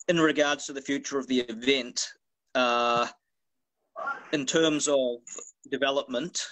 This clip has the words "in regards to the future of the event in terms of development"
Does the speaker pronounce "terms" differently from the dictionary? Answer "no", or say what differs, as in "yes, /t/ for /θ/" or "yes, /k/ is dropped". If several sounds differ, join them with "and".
no